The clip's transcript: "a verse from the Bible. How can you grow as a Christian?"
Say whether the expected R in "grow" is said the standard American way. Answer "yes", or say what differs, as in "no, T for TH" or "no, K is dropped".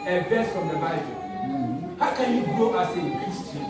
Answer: no, R is dropped